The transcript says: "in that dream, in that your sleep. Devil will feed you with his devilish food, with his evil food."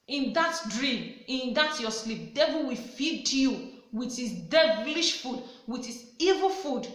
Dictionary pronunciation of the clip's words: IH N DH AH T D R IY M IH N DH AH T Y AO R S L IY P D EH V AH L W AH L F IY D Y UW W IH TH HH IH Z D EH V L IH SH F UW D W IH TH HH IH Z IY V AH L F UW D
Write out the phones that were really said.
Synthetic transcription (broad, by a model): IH N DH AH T D R IY M IH N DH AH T Y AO S L IY P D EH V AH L W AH F IY D Y UW W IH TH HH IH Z D EH V L IH SH F UW D W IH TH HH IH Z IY V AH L F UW D